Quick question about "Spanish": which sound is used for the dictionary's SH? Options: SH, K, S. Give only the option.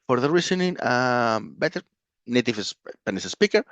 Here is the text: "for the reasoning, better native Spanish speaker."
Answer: S